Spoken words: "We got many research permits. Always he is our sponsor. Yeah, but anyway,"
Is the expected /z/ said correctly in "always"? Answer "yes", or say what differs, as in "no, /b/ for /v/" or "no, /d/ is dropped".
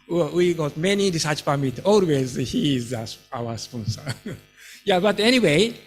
yes